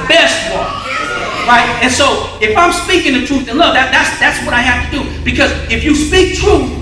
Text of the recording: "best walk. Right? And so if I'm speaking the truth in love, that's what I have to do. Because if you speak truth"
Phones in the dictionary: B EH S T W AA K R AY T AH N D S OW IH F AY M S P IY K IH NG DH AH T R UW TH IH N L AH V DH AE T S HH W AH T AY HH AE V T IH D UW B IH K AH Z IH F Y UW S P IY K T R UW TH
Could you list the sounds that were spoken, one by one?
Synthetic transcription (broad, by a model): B EH S T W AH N R AY T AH N S OW IH F AY M S P IY K IH NG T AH T R UW TH IH N L AH V DH AE T S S W AH T AY HH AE F T IH D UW B IH K AH Z IH F Y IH S P IY K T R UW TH